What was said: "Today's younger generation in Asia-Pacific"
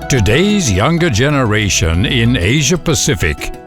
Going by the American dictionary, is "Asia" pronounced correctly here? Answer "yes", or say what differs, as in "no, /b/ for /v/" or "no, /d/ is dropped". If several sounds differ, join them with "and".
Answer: yes